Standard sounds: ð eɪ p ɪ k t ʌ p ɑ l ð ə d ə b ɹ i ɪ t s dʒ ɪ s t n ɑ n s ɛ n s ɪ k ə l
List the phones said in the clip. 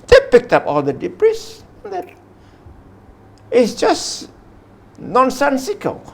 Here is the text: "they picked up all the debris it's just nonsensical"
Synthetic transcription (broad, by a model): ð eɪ p ɪ k t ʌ p ɑ l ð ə d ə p ɹ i ɪ t s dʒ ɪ s n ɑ n s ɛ n s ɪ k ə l